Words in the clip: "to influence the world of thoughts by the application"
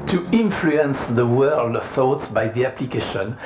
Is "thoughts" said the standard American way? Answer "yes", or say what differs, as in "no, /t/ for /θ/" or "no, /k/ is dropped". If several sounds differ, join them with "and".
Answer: yes